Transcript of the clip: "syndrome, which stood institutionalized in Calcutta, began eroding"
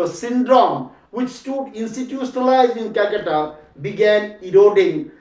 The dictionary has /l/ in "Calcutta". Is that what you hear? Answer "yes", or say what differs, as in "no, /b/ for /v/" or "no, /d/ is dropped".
no, /l/ is dropped